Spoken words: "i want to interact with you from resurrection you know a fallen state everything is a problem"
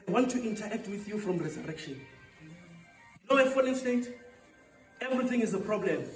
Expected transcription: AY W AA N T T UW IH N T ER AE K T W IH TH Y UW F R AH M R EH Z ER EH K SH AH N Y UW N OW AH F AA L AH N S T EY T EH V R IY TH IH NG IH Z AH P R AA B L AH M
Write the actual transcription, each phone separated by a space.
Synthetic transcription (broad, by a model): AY W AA N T T UW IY N T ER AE K T W IH TH Y UW F R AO M R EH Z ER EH K SH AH N Y UW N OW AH F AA N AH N S T EY T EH V R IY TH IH NG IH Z AH P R AA B L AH M